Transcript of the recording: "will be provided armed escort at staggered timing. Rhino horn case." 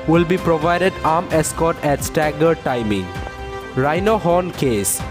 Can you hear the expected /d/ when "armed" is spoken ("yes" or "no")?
no